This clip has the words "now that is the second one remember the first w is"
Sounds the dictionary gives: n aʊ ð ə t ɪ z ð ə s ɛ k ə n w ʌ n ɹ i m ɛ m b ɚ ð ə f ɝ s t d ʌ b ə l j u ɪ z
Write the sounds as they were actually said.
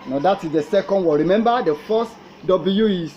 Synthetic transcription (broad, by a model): n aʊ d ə t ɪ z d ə s ɛ k ə n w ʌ ɹ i m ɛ m b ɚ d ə f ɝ s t d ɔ b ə j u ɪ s